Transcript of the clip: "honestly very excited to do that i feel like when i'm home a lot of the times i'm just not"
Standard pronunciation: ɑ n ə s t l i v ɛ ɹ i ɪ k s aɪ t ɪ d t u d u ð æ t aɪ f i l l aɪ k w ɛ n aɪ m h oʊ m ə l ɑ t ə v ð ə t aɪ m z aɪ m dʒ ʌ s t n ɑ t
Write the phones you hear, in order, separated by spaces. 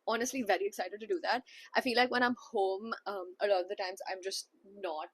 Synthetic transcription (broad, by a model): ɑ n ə s t l i v ɛ ɹ i ɪ k s aɪ t ɪ d t u d u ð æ t aɪ f i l l aɪ k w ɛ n aɪ m h oʊ m ə l ɑ t ə v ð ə t aɪ m z aɪ m dʒ ʌ s t n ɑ t